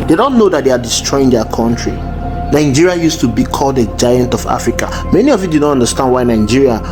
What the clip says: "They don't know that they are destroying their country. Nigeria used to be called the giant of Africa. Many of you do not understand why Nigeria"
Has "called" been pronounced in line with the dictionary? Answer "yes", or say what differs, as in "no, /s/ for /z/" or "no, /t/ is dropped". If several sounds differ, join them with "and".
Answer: yes